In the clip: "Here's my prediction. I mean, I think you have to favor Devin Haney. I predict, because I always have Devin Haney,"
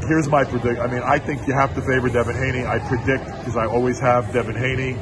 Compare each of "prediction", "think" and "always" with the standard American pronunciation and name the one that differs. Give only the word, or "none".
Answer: prediction